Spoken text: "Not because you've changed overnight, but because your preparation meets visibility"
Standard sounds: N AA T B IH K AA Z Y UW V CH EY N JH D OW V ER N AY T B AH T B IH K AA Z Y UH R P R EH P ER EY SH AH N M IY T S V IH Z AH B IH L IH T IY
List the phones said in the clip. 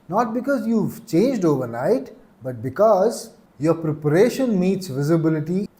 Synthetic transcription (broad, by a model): N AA T B IH K AA Z Y UW V CH EY N JH D OW V ER N AY T B AH T B IH K AA Z Y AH R P R EH P ER EY SH AH N M IY T S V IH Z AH B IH L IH T IY